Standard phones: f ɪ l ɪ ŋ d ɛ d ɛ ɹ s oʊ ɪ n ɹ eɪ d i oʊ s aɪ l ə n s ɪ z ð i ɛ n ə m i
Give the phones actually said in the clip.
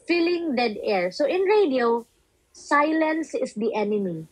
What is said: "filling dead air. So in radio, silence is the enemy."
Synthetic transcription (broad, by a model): f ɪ l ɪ ŋ d ɛ d ɛ ɹ s oʊ ɪ n ɹ eɪ d i oʊ s aɪ l ə n s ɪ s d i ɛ n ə m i